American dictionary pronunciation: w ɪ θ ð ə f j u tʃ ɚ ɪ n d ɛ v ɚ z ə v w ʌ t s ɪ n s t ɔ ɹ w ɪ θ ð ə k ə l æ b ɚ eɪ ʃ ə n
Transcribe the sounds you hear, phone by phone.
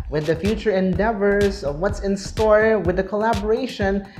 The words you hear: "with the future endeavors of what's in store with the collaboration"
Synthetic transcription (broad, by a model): w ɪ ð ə f j u tʃ ɚ ɪ n d ɛ v ɚ z ə v w ʌ t s ɪ n s t ɔ ɹ w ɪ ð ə k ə l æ b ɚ eɪ ʃ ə n